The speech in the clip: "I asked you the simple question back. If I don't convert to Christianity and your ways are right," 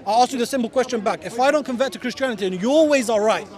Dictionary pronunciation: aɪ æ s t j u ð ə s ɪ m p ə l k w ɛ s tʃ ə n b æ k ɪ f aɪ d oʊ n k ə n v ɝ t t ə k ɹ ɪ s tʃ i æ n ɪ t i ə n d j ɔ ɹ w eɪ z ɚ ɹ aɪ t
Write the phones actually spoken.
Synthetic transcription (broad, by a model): aɪ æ s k j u ð ə s ɪ m p ə l k w ɛ s tʃ ə n b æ k ɪ f aɪ d oʊ n k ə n v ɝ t t ə k ɹ ɪ s tʃ i æ n ɪ t i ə n j ɔ l w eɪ z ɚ ɹ aɪ t